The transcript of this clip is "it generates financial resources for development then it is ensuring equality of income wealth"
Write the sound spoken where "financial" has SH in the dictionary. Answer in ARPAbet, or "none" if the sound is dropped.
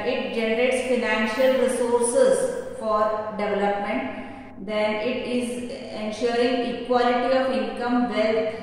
SH